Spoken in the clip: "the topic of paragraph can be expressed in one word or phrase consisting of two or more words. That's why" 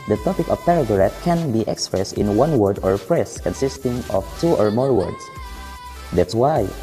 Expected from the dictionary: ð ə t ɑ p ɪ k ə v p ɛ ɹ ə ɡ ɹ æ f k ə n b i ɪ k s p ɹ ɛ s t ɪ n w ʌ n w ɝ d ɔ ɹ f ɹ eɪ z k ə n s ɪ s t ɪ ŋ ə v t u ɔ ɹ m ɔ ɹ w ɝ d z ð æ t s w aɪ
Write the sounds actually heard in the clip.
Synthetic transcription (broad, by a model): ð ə t ɑ p ɪ k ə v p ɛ ɹ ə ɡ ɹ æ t k ə n b i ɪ k s p ɹ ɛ s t ɪ n w ʌ n w ɝ d ɔ ɹ p ɹ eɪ s k ə n s ɪ s t ɪ ŋ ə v t u ɔ ɹ m ɔ ɹ w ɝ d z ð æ t s w aɪ